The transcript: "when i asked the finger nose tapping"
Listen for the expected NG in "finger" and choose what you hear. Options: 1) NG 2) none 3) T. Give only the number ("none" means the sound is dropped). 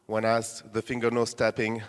1